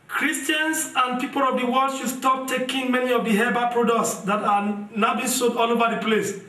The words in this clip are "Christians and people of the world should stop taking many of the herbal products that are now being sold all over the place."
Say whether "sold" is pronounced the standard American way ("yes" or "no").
no